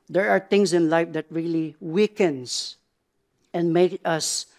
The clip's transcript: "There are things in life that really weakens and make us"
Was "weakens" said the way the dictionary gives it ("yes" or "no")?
no